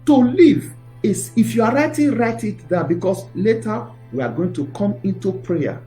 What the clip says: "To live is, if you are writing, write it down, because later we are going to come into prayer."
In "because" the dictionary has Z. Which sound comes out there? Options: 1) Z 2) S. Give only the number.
2